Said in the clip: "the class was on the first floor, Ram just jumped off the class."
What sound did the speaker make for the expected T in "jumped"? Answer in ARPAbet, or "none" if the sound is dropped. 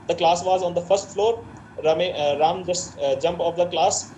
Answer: none